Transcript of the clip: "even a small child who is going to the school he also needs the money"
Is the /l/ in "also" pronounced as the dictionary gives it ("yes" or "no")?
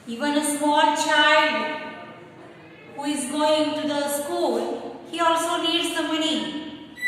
yes